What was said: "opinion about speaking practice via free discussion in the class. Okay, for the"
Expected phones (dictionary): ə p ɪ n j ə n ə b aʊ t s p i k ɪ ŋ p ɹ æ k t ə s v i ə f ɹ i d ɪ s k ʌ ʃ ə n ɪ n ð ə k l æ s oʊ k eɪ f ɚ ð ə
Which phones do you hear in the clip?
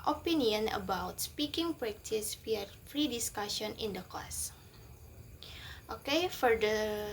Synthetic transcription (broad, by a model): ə p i n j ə n ə b aʊ t s p i k ɪ ŋ p ɹ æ k t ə s w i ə f ɹ i d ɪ s k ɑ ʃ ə n ɪ n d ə k ɔ s oʊ k eɪ f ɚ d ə